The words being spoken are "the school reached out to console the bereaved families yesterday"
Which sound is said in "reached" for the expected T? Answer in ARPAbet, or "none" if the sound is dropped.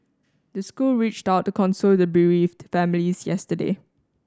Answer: T